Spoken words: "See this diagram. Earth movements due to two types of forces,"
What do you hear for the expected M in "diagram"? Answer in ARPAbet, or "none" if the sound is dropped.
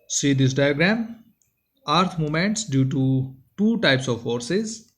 M